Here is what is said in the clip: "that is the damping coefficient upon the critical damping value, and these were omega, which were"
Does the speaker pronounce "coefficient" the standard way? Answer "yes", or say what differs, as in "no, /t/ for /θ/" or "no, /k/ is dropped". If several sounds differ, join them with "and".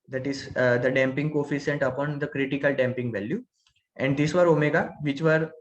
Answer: no, /s/ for /ʃ/